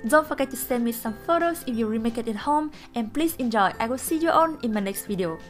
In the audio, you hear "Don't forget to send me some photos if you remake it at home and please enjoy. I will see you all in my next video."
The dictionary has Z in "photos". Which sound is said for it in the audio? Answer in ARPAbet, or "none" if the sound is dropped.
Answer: S